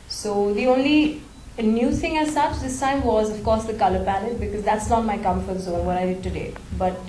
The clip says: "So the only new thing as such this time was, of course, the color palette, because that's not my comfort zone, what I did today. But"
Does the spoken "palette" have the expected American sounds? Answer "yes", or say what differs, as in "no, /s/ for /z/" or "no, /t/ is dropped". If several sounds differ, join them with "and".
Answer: no, /n/ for /l/